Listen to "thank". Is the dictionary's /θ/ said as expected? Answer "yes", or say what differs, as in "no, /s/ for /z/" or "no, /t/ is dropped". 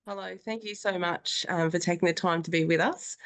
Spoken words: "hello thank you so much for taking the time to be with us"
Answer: yes